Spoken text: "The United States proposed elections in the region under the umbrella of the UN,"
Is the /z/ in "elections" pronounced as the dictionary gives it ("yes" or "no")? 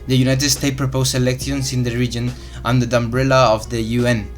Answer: no